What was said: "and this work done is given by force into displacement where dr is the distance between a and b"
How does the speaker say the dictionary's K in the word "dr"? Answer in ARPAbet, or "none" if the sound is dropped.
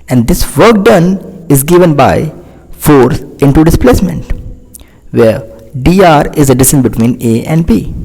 none